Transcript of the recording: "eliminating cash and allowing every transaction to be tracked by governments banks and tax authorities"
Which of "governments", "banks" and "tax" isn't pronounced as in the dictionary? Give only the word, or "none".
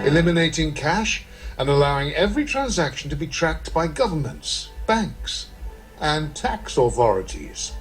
none